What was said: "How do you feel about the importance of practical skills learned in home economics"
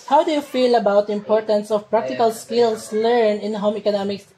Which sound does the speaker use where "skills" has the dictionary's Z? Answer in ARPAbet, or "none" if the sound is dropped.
S